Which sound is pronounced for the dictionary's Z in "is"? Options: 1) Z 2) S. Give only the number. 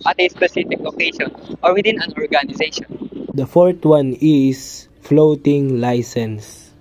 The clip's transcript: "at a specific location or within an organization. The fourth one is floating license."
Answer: 2